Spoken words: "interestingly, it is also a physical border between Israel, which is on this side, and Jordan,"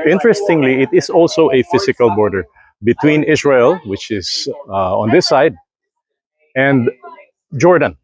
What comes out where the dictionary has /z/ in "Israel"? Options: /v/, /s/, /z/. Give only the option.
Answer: /s/